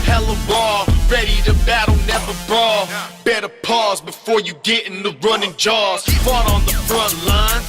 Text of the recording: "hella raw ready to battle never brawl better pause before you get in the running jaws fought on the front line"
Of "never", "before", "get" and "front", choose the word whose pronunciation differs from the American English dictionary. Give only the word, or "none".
none